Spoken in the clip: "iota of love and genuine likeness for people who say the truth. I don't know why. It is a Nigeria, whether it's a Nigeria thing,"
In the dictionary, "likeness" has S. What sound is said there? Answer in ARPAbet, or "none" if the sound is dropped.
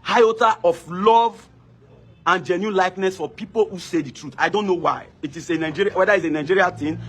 S